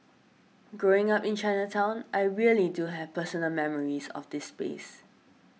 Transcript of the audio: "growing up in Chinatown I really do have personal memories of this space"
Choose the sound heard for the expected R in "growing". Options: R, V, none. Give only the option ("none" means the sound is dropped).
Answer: R